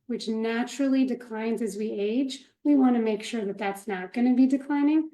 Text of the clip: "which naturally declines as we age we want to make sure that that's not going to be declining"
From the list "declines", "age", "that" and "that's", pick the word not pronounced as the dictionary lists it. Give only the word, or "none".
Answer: none